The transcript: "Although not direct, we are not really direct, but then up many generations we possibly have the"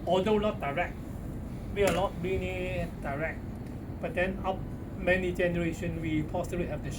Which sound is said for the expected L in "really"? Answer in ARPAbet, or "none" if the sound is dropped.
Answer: N